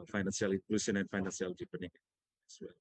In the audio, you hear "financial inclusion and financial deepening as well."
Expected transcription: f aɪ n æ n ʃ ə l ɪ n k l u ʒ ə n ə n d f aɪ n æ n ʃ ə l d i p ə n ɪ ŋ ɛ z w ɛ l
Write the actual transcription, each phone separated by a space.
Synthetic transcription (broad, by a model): f aɪ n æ n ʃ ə l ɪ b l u s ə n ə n f aɪ n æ n s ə l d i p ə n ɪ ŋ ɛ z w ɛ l